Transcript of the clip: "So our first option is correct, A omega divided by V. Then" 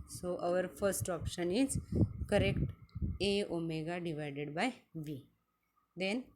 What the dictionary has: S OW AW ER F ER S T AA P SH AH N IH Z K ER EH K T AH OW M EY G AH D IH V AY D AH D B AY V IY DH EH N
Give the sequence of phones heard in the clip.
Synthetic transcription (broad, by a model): S OW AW ER F ER S T AA P SH AH N IH Z K ER EH K T AH OW M EY G AH D IH V AY D AH D B AY V IY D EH N